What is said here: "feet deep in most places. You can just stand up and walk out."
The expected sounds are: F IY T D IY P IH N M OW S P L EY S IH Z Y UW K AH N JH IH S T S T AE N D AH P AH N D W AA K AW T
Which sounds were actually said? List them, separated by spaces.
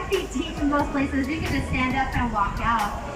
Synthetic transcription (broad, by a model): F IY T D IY F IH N M OW S P L EY S IH Z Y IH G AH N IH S S T AE N D AH P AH N W AA K AW T